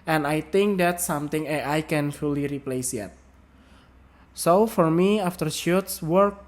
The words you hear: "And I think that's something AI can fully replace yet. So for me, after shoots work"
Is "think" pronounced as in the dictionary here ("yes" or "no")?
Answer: no